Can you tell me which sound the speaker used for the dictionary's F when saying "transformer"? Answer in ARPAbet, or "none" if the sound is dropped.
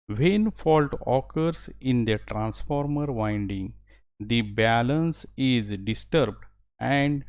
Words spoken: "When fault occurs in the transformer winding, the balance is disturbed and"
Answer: F